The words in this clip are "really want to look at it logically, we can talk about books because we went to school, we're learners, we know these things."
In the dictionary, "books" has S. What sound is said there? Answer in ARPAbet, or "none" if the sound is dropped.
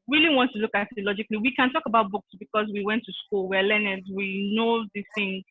S